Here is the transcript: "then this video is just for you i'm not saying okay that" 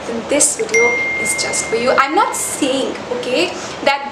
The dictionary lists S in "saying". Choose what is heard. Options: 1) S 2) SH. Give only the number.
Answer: 1